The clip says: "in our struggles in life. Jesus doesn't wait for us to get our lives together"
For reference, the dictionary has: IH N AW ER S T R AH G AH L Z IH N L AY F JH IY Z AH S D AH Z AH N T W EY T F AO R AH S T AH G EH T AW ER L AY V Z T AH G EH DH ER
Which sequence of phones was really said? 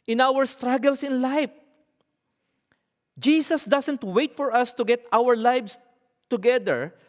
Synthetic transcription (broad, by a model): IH N AW ER S T R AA G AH L S IH N L AY F JH IY S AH S D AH S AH N T W EY T F AO R AH S T AH G EH T AW ER L AY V S T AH G EH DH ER